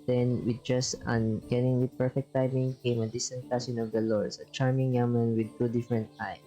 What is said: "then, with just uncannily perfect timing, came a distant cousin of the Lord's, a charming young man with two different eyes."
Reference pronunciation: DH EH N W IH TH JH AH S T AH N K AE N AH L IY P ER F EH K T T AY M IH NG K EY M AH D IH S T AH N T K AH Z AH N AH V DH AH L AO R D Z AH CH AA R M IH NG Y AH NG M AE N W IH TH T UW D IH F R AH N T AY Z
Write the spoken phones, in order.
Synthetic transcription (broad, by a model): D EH N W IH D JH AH S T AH N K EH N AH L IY P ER F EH K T T AY M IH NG K EY M AH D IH S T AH N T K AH S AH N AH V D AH L AO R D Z AH CH AA R M IH NG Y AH M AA N W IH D T UW D IH F R AH N T AY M